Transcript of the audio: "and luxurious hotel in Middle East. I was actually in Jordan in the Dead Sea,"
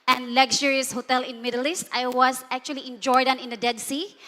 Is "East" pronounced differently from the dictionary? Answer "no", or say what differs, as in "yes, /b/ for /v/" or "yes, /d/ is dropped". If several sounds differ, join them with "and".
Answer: no